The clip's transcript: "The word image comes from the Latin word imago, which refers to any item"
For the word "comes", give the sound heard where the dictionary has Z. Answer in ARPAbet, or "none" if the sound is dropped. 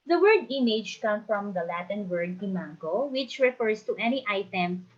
none